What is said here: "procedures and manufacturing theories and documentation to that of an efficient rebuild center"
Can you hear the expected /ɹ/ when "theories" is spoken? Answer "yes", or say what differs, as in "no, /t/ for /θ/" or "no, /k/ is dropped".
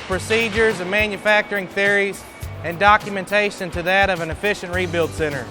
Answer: yes